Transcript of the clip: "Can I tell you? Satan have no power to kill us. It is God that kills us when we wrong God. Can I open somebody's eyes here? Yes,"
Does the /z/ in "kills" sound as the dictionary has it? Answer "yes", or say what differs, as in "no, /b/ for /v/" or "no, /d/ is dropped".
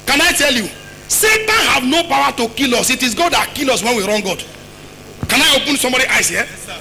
no, /z/ is dropped